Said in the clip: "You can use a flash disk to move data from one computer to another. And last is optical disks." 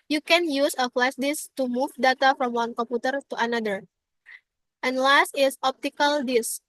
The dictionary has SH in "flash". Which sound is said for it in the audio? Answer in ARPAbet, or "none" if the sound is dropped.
S